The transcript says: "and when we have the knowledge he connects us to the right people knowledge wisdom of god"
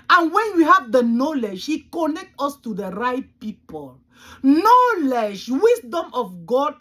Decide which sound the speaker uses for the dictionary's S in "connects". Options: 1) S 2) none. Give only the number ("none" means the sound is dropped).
2